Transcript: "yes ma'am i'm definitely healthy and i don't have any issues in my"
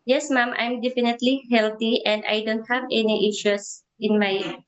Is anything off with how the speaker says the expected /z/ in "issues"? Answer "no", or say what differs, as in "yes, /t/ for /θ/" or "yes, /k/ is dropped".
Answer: yes, /s/ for /z/